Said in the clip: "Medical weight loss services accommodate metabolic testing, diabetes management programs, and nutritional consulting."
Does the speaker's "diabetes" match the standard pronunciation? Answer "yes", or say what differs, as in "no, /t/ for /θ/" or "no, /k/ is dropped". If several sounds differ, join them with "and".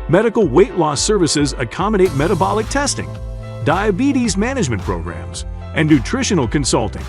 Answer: yes